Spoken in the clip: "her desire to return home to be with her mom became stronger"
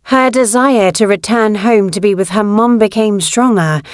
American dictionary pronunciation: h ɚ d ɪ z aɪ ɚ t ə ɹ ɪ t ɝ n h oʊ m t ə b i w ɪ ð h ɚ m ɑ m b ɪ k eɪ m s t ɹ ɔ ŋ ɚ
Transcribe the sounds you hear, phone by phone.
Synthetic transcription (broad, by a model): h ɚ d ɪ z aɪ ɚ t ə ɹ ɪ t ɝ n h oʊ m t ə b i w ɪ ð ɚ m ɑ m b ɪ k eɪ m s t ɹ ɔ ŋ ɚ